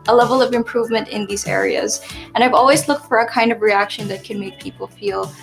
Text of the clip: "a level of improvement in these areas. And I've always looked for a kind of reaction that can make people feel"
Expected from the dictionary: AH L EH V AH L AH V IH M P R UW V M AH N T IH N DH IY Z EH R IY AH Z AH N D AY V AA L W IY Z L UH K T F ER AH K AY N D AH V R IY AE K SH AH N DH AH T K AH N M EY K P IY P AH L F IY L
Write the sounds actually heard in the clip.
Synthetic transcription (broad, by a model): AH L EH V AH L AH V IH M P R UW V M AH N T IH N DH IY Z EH R IY AH Z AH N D AY V AA L W IY Z L UH K T F ER AH K AY N D AH V R IY AE K SH AH N DH AH T K AH N M EY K P IY P L F IY L